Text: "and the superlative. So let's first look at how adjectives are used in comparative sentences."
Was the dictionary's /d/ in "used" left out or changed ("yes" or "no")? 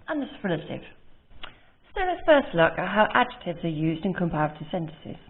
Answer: no